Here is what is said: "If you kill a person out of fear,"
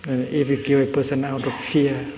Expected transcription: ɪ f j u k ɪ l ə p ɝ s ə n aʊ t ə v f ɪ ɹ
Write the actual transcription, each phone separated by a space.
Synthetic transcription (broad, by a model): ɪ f j u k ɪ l ə p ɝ s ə n aʊ t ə f f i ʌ